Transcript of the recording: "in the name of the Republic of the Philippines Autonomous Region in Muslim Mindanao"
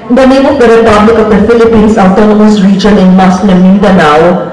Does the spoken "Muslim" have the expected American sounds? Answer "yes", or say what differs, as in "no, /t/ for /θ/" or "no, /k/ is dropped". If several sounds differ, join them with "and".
no, /s/ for /z/